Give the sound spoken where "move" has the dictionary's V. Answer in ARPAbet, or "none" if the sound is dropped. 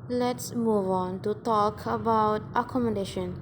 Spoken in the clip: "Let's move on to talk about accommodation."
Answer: V